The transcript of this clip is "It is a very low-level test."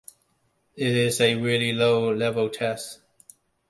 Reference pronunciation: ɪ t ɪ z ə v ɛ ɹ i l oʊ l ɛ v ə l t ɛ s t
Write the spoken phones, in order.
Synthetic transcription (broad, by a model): ɪ t ɪ z ə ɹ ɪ l i l oʊ l ɛ v ə l t ɛ s t